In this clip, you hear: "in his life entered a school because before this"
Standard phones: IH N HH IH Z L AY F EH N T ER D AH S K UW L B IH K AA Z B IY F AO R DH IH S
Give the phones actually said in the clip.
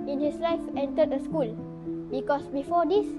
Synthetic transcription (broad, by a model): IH N HH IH S L AY F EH N T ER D AH S K UW L B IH K AA S B IY F AO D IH S